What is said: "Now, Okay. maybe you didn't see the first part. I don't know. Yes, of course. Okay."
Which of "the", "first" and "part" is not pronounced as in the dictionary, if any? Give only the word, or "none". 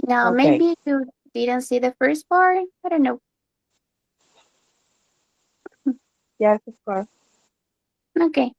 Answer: part